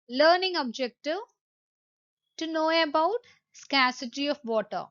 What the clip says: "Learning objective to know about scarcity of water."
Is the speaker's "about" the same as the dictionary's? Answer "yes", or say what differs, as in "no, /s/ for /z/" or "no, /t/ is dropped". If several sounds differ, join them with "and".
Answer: yes